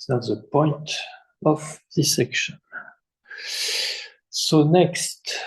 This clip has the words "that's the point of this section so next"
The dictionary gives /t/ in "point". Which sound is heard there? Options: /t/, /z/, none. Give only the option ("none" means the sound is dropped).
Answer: /t/